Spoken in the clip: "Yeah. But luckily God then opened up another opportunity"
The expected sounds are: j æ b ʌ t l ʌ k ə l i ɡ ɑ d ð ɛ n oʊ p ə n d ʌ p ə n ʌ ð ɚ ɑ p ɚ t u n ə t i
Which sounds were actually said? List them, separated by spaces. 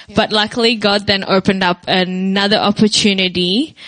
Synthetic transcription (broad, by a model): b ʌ t l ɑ k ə l i ɡ ɑ d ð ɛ n oʊ p ə n d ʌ p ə n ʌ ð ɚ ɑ p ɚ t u n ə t i